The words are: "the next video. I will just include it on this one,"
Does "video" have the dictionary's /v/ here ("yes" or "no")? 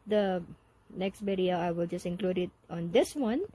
no